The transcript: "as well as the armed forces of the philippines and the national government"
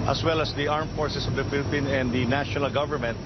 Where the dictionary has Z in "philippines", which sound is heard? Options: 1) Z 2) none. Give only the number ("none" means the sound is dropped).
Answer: 2